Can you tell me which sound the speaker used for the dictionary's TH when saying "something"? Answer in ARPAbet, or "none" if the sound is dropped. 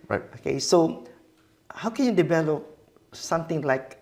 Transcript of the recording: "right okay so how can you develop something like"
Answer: T